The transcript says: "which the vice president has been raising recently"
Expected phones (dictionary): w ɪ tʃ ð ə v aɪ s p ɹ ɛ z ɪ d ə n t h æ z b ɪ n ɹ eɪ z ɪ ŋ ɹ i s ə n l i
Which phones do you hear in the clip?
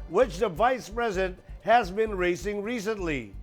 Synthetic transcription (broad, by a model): w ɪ tʃ ð ə v aɪ s p ɹ ɛ z ɪ d ə n t h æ z b ɪ n ɹ eɪ s ɪ ŋ ɹ i s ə n l i